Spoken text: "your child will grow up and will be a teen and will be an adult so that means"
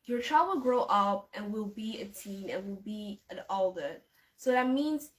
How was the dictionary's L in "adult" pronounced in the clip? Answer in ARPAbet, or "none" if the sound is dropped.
none